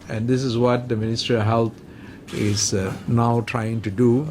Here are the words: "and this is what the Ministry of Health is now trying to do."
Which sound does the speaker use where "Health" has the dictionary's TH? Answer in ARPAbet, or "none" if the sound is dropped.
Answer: T